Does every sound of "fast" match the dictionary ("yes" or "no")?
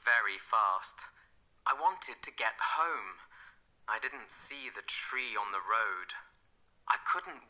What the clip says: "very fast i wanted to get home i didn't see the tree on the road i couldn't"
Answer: yes